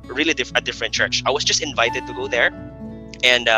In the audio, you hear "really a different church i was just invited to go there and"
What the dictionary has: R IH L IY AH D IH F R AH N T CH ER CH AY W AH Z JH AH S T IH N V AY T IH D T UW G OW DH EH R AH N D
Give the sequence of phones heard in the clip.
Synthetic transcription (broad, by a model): R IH L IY AH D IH F R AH N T CH ER CH AY W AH S JH AH S T IH N V AY T IH D T UW G OW DH EH R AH N D